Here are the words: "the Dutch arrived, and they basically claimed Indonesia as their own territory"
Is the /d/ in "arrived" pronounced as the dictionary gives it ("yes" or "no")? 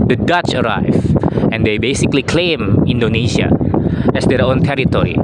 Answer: no